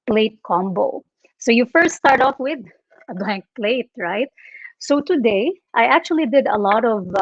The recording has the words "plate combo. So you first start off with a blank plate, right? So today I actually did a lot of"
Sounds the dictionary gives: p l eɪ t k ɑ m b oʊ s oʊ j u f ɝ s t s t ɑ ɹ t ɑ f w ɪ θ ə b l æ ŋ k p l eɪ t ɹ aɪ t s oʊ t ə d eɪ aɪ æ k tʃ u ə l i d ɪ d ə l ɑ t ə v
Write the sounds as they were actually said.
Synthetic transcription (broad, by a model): p l eɪ t k ɑ m b oʊ s oʊ j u f ɝ s t s t ɑ ɹ t ɑ f w ɪ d ə b l æ ŋ k p l eɪ t ɹ aɪ t s oʊ t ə d eɪ aɪ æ k tʃ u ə l i d ɪ d ə l ɑ t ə v